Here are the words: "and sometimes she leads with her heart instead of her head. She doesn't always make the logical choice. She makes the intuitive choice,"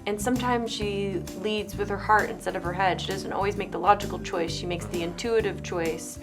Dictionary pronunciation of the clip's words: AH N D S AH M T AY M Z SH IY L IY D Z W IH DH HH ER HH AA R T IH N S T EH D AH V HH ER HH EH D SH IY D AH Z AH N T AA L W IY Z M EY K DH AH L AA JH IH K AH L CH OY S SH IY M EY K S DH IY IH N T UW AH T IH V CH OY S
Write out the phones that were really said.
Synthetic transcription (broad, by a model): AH N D S AH M T AY M Z SH IY L IY D Z W IH DH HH ER HH AA R T IH N S T EH D AH V ER HH EH D SH IY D AH Z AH N T AA L W IY Z M EY K DH AH L AA JH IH K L CH OY S SH IY M EY K S DH IY IH N T UW AH T IH V CH OY S